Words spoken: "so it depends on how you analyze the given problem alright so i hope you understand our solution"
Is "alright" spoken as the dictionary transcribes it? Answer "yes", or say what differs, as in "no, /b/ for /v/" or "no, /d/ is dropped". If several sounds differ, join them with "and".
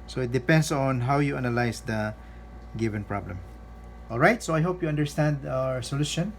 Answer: yes